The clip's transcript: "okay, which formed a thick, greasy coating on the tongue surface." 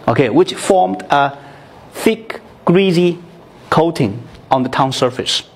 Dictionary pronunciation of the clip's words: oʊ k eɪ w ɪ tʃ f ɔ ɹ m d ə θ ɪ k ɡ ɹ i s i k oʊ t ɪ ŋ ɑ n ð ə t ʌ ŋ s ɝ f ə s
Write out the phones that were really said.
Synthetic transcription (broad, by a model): oʊ k eɪ w ɪ tʃ f ɔ ɹ m d ə θ ɪ k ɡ ɹ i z i k oʊ t ɪ ŋ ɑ n ð ə t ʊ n s ɝ f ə s